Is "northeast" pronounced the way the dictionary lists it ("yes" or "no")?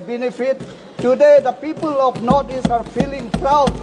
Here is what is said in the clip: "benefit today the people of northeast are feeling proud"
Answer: no